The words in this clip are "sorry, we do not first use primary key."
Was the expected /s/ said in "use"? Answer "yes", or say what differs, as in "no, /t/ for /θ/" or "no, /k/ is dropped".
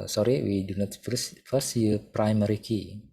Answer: no, /s/ is dropped